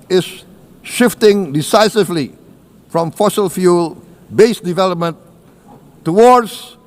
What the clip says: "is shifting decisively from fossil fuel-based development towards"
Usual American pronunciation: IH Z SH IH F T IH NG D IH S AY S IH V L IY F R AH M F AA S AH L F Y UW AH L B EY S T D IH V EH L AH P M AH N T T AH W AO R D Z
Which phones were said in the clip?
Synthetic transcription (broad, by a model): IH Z SH IH F T IH NG D IH S AY S IH V L IY F R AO M F AA S AH L F Y UW L B EY S D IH V EH L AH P M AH N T T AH W AO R D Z